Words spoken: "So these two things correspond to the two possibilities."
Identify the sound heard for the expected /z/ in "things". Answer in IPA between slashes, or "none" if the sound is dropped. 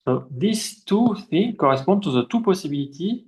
none